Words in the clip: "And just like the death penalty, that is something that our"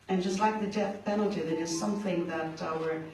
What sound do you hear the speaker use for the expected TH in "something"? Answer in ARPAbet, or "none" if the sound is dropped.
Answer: TH